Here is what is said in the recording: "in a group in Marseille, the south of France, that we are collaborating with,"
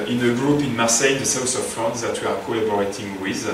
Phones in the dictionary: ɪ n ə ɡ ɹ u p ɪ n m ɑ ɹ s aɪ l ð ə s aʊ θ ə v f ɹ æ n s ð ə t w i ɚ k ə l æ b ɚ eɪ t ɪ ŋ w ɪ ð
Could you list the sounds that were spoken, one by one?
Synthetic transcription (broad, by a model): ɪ n ə ɡ ɹ u p ɪ n m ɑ ɹ s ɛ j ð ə s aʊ s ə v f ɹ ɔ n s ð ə t w i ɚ k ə l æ b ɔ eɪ t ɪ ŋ w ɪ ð